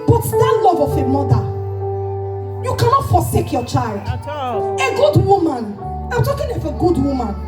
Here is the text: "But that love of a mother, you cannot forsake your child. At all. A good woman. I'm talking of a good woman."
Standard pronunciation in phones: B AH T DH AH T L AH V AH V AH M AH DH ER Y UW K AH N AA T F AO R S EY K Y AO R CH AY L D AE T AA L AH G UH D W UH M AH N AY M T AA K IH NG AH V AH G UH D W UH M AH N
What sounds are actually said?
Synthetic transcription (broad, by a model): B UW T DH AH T L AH V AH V AH M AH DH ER Y UW K AH N AA T F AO S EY K Y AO CH AY L D AH G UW D W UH M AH N AY M T AA K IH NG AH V AH G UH D W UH M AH N